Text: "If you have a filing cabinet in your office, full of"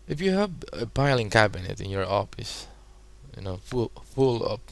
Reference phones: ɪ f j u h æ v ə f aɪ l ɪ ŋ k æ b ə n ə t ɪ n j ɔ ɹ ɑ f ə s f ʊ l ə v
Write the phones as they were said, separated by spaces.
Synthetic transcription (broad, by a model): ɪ f j u h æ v ə p aɪ l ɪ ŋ k æ b ə n ə t ɪ n j ɔ ɹ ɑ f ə s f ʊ l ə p